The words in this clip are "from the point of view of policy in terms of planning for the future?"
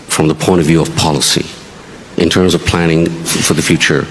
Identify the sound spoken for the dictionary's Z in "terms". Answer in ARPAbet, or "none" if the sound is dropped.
Z